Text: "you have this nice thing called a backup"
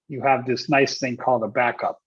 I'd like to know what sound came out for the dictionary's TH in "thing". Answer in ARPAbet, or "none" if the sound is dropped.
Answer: TH